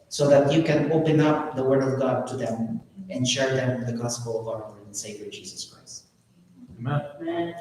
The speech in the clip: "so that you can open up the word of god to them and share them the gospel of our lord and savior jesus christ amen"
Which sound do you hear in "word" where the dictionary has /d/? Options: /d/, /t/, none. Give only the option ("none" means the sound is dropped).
/d/